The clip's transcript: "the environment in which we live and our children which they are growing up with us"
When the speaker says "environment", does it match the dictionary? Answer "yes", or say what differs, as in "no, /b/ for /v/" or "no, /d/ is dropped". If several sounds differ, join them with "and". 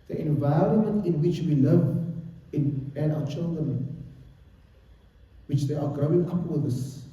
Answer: yes